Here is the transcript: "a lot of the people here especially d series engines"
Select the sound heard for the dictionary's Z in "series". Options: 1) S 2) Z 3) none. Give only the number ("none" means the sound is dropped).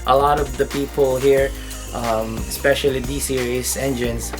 1